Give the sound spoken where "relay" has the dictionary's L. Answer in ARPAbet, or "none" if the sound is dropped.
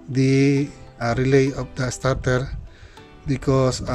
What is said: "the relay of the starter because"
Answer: L